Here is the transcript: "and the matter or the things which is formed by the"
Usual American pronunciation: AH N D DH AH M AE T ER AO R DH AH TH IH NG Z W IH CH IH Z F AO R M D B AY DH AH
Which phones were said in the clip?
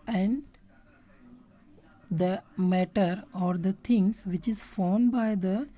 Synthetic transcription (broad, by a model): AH N D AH M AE T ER AO R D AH T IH NG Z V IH CH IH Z F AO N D B AY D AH